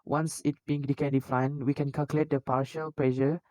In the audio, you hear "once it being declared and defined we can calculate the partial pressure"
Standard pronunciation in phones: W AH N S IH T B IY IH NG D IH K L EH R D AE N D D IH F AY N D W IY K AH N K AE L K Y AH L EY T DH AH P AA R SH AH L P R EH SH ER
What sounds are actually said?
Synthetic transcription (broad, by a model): W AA N S IH T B IY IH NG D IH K EH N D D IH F AY N W IY K AH N K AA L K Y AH L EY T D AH P AA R SH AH L P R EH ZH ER